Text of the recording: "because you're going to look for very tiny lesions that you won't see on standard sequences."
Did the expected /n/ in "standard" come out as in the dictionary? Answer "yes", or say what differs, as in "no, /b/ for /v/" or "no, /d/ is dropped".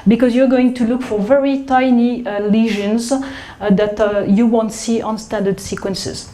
yes